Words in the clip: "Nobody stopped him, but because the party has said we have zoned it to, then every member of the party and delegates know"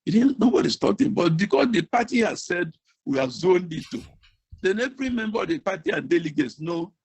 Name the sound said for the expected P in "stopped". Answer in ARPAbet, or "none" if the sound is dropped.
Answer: none